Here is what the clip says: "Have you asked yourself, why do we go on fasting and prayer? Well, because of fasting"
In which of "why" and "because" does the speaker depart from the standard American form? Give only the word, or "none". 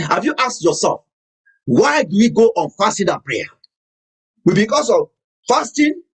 because